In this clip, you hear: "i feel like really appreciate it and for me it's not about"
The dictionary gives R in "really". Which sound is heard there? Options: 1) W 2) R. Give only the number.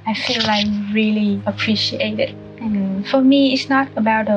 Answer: 2